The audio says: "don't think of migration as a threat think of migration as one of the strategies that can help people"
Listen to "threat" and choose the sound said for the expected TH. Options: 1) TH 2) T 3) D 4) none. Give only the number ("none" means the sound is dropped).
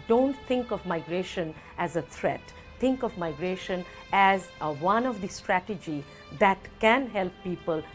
2